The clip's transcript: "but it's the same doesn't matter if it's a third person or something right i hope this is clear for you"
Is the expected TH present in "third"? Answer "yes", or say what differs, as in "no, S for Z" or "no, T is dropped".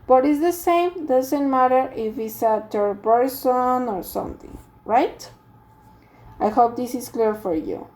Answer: no, T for TH